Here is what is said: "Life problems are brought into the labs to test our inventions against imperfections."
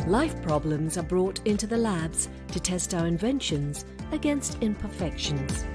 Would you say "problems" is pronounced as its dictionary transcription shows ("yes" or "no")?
yes